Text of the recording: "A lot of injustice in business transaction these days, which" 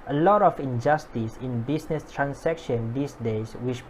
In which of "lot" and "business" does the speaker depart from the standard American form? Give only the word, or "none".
business